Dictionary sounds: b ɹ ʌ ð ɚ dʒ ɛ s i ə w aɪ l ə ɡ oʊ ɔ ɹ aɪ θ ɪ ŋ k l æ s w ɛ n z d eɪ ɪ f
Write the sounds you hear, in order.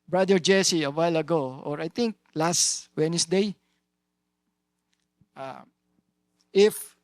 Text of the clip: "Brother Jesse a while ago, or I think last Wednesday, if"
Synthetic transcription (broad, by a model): b ɹ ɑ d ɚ dʒ ɛ s i ə w aɪ l ə ɡ oʊ ɔ ɹ aɪ t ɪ ŋ k l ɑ s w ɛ n s d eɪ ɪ f